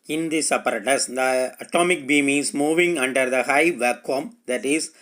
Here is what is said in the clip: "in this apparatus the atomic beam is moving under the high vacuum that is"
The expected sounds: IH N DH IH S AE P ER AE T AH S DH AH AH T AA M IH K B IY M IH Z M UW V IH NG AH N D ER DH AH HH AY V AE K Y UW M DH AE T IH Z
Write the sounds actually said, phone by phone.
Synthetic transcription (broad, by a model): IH N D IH S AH P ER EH T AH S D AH AH T AA M IH K B IY M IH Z M UW V IH NG AH N D ER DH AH HH AY V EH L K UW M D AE T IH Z